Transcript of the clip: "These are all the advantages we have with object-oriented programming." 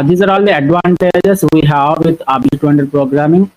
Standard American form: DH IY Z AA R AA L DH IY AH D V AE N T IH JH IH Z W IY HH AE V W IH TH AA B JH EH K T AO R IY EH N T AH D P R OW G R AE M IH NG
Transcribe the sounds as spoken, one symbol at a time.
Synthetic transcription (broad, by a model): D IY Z AA R AA L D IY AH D V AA N T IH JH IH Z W IY HH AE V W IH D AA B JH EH T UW IY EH N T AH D P R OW G R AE M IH NG